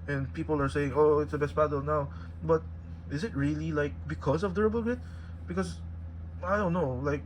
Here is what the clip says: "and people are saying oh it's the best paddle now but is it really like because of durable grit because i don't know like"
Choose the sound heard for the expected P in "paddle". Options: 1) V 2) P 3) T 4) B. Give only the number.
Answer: 4